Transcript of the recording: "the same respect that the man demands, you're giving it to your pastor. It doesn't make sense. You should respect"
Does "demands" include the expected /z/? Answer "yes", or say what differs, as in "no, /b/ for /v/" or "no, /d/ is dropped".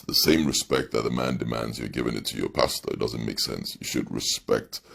yes